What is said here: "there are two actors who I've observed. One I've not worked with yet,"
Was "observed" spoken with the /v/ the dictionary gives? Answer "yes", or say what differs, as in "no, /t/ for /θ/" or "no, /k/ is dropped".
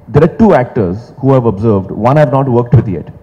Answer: yes